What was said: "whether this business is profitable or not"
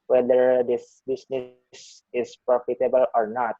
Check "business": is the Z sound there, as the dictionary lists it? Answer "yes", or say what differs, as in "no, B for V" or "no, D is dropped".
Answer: no, S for Z